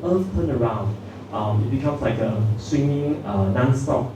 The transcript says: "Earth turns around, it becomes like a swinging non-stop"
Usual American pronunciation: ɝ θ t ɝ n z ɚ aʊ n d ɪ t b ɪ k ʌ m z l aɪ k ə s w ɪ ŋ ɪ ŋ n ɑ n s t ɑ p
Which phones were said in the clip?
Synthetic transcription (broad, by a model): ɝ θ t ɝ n ɚ aʊ n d ɪ t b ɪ k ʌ m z l aɪ k ə s w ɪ ŋ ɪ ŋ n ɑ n s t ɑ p